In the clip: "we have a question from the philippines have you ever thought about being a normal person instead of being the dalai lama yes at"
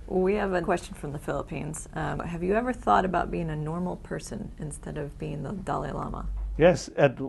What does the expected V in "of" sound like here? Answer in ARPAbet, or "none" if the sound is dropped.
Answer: V